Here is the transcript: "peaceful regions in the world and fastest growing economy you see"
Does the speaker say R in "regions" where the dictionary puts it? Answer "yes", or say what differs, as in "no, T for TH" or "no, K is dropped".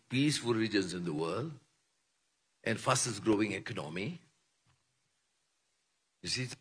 no, L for R